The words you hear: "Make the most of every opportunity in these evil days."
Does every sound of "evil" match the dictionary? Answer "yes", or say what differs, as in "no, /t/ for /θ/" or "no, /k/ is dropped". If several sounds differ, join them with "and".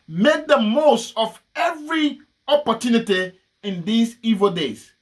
yes